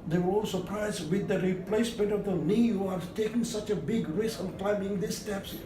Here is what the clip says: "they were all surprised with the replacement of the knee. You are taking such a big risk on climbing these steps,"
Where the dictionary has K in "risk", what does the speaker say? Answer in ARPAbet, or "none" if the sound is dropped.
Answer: none